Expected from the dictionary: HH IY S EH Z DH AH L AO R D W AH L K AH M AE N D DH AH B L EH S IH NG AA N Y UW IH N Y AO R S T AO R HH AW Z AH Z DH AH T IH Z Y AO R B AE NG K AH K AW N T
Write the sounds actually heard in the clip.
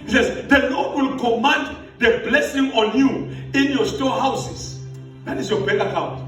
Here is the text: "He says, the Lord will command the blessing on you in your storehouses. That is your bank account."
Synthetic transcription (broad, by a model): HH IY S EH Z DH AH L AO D W AH L K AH M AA N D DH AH B L EH S IH NG AA N Y UW IH N Y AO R S T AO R HH AW S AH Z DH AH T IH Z Y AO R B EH K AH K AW N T